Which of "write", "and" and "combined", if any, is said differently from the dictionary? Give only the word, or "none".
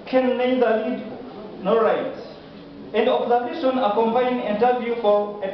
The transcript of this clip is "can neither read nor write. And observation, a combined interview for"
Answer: combined